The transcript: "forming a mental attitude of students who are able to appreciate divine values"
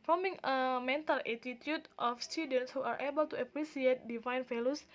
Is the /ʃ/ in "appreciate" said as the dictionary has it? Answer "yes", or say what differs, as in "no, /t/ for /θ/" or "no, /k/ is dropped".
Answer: no, /s/ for /ʃ/